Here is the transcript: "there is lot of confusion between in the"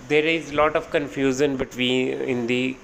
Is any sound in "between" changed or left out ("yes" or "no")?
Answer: yes